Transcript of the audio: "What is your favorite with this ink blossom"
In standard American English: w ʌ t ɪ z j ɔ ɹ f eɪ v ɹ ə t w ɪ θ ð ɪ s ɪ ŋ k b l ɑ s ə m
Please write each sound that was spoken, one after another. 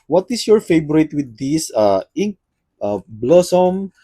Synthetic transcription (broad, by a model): w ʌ t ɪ s j ɔ ɹ f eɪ b ɹ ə t w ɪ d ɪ s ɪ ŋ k b l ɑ s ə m